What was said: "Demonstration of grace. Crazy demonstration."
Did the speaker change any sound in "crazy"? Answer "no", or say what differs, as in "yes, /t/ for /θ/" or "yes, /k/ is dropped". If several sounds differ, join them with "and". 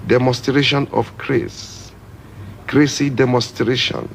yes, /s/ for /z/